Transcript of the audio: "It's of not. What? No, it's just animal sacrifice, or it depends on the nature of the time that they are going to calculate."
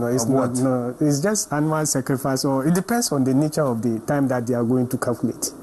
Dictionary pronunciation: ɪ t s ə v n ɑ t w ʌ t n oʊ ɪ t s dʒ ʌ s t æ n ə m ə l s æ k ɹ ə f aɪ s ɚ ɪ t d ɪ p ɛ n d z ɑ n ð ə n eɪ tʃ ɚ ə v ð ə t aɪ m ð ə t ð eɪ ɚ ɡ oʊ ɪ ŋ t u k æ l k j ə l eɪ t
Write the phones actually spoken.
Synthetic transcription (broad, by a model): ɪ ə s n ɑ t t n oʊ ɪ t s dʒ ʌ s t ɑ n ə ə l s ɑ k ɹ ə f aɪ s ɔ ɪ t d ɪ p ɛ n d s ɑ n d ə n eɪ tʃ ɚ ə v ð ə t aɪ m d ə t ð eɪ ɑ ɡ oʊ ɪ ŋ t u k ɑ l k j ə l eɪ t